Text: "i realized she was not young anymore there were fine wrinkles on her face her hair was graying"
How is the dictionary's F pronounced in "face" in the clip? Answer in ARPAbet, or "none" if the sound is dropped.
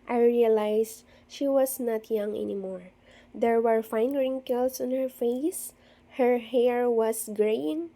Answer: F